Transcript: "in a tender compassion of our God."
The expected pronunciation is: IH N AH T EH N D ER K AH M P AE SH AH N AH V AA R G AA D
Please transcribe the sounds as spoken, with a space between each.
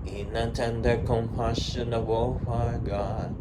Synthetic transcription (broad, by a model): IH N AH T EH N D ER K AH M P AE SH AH N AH B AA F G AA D